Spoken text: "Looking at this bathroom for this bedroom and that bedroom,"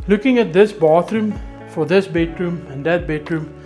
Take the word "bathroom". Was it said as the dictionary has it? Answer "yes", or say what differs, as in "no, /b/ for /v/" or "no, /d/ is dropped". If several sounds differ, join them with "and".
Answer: no, /t/ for /θ/